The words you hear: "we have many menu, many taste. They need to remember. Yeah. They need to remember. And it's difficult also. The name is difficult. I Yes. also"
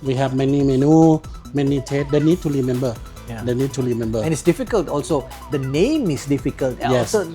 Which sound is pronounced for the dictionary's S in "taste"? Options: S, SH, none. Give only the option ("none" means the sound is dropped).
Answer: none